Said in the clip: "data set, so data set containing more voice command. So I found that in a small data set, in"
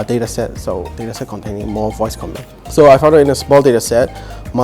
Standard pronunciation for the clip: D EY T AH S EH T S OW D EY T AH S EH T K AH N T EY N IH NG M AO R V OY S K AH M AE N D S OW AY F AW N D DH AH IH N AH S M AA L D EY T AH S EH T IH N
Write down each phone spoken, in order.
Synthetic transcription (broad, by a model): D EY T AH S EH T S OW D EY T AH S EH T K AH N T EY N IH NG M AO V OY S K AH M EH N S OW AY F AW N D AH IH N AH S M AA L D EY T AH S EH T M